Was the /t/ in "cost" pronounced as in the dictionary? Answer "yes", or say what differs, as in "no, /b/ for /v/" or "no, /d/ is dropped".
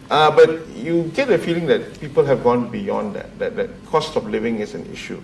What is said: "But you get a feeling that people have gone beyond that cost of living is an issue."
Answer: yes